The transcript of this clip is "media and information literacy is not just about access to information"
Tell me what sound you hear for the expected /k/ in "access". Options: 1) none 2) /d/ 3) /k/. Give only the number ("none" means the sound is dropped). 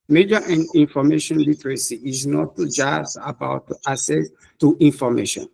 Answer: 1